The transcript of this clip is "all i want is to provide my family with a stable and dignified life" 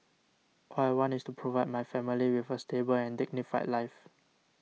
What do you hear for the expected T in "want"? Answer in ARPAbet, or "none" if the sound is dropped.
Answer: none